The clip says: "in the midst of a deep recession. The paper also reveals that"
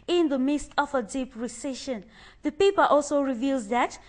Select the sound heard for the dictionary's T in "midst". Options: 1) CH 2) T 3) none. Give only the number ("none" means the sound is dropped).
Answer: 2